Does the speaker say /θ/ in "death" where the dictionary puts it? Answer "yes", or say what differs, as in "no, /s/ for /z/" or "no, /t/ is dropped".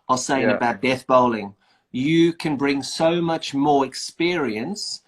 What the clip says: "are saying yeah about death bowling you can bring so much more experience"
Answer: yes